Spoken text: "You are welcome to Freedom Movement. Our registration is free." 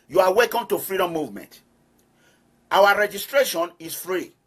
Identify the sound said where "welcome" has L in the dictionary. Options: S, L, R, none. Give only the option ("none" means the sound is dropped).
none